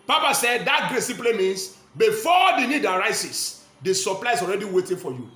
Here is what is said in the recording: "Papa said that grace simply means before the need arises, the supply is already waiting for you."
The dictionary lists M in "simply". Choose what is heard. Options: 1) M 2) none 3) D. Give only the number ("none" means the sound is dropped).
2